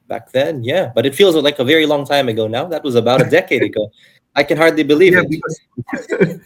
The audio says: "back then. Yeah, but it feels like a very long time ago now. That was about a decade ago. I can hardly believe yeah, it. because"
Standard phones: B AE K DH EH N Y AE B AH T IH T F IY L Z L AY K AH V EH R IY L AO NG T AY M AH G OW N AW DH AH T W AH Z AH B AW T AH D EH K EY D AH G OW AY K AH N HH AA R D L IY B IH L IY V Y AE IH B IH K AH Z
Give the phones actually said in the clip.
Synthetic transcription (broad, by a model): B AE K DH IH N Y AE B AH T IH T F IY L Z L AY K AH V EH R IY L AO NG T AY M AH G OW N AW DH AH T W AH Z AH B AW T AH D EH K EY D AH G OW AY K AH N HH AA R D L IY B IH L IY V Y IH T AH